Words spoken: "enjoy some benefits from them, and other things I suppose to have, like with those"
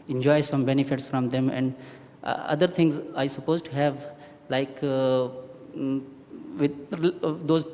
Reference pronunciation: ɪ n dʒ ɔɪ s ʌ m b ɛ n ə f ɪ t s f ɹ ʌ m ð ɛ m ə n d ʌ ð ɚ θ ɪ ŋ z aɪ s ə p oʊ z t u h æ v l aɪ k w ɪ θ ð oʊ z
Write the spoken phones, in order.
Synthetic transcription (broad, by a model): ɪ n dʒ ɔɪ s ʌ m b ɛ n ə f ɪ t s f ɹ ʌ m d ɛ m ə n d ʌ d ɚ t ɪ ŋ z aɪ s ə p oʊ z t u h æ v l aɪ k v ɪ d oʊ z